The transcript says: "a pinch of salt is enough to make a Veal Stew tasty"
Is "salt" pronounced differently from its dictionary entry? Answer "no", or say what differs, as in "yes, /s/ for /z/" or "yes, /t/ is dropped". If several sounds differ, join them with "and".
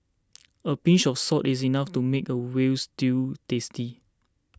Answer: yes, /l/ is dropped